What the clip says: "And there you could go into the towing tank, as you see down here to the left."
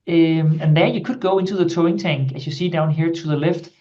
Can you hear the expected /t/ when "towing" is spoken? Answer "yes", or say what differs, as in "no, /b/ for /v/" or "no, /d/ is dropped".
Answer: yes